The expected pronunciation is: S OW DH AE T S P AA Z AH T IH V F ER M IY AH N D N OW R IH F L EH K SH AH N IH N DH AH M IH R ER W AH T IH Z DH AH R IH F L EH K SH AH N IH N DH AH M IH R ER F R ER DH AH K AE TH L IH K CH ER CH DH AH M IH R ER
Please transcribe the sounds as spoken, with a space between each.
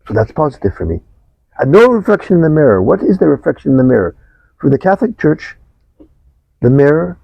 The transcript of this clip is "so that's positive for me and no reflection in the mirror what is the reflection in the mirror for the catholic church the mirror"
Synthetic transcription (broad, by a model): S OW DH AE T S P AA Z AH T IH V F ER M IY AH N N OW R IH F L EH K SH AH N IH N DH AH M IH R ER W AH T IH Z DH AH R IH F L EH K SH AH N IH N DH AH M IH R ER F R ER DH AH K AE TH L IH K CH ER CH DH AH M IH R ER